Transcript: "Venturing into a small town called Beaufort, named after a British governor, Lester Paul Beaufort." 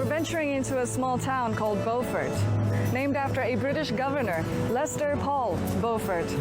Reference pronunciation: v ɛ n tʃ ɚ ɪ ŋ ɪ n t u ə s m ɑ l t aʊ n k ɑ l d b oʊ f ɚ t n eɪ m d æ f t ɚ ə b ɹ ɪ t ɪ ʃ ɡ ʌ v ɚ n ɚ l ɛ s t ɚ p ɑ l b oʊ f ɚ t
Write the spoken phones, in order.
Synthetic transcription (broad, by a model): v ɛ n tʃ ɚ ɪ ŋ ɪ n t u ə s m ɑ l t aʊ n k ɑ l d b oʊ f ɚ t n eɪ m d æ f t ɚ ə b ɹ ɪ t ɪ ʃ ɡ ʌ v ɚ n ɚ l ɛ s t ɚ p ɑ l b oʊ f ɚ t